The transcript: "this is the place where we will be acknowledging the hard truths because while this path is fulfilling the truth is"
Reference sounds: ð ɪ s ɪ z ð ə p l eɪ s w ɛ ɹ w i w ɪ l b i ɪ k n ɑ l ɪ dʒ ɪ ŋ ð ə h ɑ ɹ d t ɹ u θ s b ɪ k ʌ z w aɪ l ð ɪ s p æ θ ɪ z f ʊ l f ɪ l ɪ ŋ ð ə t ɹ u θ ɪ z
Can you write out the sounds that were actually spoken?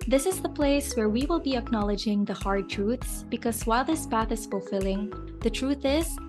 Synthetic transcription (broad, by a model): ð ɪ s ɪ z ð ə p l eɪ s w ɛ ɹ w i w ɪ l b i ɪ k n ɑ l ɪ dʒ ɪ ŋ ð ə h ɑ ɹ d t ɹ u θ s b ɪ k ʌ z w aɪ l ð ɪ s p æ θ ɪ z f ʊ l f ɪ l ɪ ŋ ð ə t ɹ u θ ɪ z